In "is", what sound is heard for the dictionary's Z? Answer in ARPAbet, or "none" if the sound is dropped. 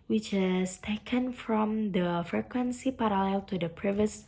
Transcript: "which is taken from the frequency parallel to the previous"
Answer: S